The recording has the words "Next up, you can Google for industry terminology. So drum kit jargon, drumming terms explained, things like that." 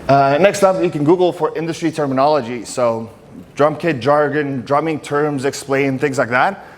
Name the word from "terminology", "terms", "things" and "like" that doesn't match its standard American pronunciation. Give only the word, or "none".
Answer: none